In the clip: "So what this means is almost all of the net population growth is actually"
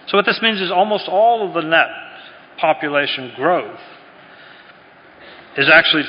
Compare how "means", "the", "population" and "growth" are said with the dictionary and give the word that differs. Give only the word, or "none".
none